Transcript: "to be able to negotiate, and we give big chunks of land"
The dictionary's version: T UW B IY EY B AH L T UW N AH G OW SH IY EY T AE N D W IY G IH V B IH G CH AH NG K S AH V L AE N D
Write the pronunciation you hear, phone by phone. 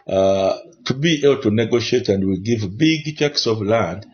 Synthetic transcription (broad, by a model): T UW B IY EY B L T UW N AH G OW SH IY EY T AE N D W IY G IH V B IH G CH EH K S AH V L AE N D